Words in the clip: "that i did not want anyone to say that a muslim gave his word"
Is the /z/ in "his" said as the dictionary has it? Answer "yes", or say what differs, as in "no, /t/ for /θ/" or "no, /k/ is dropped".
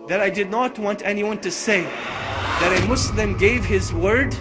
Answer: yes